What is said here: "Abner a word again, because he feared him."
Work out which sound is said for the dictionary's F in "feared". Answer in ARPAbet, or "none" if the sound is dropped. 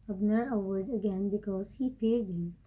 P